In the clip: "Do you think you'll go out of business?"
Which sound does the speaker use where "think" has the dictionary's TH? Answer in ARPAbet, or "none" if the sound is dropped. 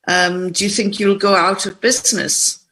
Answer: TH